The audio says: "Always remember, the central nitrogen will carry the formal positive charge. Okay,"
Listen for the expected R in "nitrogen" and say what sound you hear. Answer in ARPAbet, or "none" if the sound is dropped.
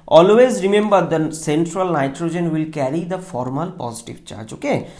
R